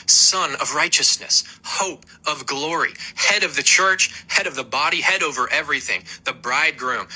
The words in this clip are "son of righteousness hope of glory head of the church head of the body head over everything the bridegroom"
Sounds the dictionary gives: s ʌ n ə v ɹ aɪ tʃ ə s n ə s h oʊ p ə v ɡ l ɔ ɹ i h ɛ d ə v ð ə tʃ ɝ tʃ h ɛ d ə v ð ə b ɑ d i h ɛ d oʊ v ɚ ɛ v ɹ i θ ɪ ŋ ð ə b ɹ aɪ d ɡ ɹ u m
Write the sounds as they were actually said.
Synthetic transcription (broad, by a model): s ʌ n ə v ɹ aɪ tʃ ə s n ə s h oʊ p ə v ɡ l ɔ ɹ i h ɛ d ə v ð ə tʃ ɝ tʃ h ɛ d ə v ð ə b ɑ d i h ɛ d oʊ v ɚ ɛ v ɹ i θ ɪ ŋ ð ə b ɹ aɪ d ɡ ɹ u m